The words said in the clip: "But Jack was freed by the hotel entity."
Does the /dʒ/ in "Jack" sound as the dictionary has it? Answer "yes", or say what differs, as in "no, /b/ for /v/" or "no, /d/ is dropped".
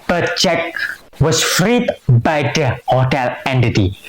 no, /tʃ/ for /dʒ/